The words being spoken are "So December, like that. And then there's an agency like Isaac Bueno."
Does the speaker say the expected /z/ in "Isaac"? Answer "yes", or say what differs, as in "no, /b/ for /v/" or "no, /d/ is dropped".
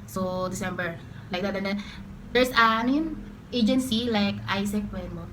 no, /s/ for /z/